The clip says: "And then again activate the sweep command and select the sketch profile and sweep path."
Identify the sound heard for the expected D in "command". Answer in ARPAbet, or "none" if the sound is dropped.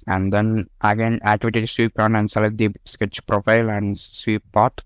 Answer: none